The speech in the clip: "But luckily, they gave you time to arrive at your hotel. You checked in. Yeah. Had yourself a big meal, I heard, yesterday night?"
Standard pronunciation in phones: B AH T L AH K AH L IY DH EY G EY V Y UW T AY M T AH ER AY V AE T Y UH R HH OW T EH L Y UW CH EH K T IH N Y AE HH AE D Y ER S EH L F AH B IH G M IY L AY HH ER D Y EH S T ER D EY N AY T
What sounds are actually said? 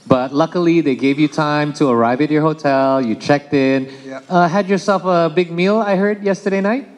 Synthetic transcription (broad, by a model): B AH T L AH K AH L IY DH EY G EY V Y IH T AY M T AH ER AY V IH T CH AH R HH OW T EH L Y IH CH EH K T IH N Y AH HH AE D Y ER S EH L F AH B IH G M IY L AY HH ER D Y EH S T ER D EY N AY T